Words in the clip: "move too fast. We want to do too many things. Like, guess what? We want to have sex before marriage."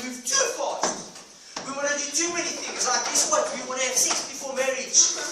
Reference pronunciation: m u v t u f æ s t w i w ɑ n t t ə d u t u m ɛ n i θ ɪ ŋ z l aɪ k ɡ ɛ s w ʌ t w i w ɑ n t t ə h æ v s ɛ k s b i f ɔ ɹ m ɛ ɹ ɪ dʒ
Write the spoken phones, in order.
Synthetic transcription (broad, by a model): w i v t u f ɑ t w i w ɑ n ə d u t u m ɛ n i θ ɪ ŋ z l aɪ k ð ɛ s w ʌ t w i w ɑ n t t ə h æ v s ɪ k s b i f ɔ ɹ m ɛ ɹ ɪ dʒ